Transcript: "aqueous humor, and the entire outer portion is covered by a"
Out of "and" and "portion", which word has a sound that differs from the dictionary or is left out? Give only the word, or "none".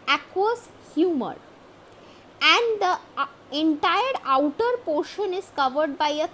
none